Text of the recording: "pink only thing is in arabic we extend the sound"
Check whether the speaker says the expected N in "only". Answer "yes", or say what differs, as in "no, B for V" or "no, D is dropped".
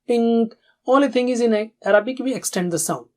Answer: no, N is dropped